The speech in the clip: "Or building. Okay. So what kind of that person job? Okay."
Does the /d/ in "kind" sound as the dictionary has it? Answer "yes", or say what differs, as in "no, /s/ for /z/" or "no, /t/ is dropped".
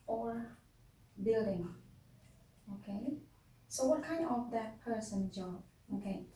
no, /d/ is dropped